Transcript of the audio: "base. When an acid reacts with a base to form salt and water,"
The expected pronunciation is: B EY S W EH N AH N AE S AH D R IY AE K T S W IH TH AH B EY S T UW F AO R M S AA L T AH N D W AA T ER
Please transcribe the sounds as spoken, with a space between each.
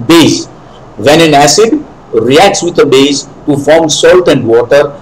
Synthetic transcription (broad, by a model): B EY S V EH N AH N AE S AH D R IY AE K T S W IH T AH B EY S T UW F AO R M S AA L T AH N D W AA T ER